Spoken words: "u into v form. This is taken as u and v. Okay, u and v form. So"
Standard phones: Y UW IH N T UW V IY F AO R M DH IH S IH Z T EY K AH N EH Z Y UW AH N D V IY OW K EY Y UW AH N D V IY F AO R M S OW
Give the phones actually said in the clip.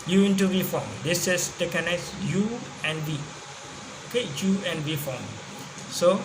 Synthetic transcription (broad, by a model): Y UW IH N T UW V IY F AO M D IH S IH S T EY K AH N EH S Y UW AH N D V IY OW K EY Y UW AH N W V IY F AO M S OW